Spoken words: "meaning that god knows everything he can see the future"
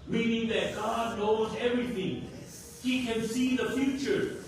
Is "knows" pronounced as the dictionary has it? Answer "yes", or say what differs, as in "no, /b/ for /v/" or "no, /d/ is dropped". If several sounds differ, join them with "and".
yes